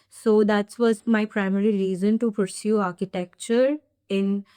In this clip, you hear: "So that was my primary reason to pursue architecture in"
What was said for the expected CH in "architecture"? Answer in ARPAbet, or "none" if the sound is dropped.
CH